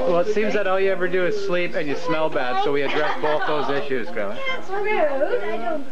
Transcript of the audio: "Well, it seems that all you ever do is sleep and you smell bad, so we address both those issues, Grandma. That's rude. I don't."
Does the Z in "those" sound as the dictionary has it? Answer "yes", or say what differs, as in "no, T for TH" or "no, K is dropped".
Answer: yes